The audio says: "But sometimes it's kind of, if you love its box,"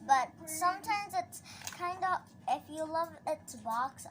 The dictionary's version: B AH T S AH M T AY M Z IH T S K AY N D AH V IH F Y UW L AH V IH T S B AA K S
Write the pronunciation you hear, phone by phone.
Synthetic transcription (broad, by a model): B AH T S AH M T AY M Z IH T S K AY N D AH IH F Y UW L AH V IH T S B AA K S